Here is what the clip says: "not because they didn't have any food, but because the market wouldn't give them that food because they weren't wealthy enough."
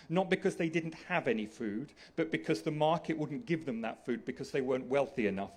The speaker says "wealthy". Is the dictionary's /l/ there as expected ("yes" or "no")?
yes